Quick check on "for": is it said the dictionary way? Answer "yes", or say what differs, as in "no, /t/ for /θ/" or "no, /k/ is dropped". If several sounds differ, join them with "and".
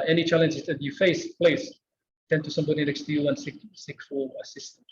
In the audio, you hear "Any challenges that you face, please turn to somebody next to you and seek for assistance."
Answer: no, /l/ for /ɹ/